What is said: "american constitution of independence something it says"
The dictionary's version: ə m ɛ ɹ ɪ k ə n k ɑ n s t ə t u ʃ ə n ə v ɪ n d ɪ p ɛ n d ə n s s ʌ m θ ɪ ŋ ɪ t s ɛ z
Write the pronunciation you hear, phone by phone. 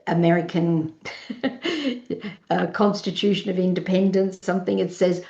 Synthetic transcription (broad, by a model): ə m ɛ ɹ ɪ k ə n k ɑ n s t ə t u ʃ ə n ə v ɪ n d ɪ p ɛ n d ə n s s ʌ m θ ɪ ŋ ɪ t s ɛ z